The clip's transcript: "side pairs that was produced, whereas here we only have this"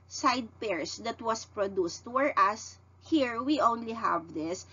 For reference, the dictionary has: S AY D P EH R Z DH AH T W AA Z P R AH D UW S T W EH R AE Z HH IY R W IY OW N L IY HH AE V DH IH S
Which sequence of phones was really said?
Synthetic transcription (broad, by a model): S AY D P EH R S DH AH T W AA S P R AH D UW S T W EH R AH S HH IY R W IY OW N L IY HH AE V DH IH S